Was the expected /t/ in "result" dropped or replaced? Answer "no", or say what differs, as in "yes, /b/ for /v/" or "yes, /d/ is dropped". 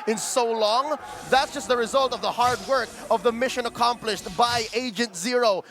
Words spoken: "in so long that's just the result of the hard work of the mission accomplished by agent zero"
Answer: no